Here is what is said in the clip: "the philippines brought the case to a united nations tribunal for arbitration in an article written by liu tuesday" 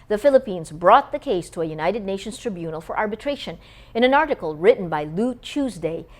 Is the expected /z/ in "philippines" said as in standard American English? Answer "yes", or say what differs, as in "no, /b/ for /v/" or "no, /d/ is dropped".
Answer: yes